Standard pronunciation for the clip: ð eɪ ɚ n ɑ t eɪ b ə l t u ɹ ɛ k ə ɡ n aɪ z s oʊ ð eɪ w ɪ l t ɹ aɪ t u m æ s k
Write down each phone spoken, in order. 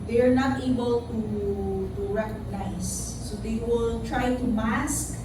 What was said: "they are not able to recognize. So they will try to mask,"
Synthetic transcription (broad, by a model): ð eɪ ɚ n ɑ t eɪ b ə l t u ɹ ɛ k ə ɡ n aɪ s oʊ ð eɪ w ɪ l t ɹ aɪ t u m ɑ s k